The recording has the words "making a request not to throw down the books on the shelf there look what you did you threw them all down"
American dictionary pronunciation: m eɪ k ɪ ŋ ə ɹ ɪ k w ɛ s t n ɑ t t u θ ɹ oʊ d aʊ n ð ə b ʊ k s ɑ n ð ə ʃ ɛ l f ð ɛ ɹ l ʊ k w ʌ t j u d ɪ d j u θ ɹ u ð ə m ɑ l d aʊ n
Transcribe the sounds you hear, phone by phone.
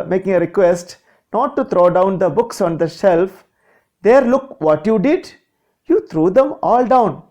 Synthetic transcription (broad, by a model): m eɪ k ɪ ŋ ə ɹ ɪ k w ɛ s t n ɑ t t u t ɹ oʊ d aʊ n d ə b ʊ k s ɑ n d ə ʃ ɛ l f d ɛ ɹ l ʊ k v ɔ t j u d ɪ d j u t ɹ u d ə m ɑ l d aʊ n